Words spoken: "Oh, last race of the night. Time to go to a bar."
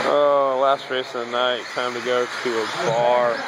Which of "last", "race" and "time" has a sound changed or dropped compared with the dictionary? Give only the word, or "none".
race